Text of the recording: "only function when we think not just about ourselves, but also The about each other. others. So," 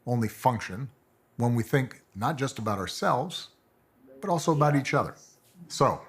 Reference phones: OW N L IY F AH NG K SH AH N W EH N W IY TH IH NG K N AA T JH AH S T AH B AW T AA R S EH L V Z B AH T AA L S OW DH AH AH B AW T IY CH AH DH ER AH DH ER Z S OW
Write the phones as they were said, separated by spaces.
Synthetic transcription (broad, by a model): OW N L IY F AH NG K SH AH N W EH N W IY TH IH NG K N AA T JH AH S T AH B AW T AA R S EH L V Z B AH T AA L S OW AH AH B AW T IY CH AH DH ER AH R S OW